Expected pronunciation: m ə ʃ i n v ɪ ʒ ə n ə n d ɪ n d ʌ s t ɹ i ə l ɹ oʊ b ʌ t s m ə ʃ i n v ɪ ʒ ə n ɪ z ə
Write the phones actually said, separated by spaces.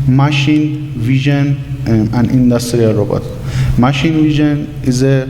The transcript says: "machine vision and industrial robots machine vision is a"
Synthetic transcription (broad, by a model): m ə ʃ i n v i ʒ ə n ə n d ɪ n d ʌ s t ɹ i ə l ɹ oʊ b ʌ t m ə ʃ i n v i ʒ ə n ɪ z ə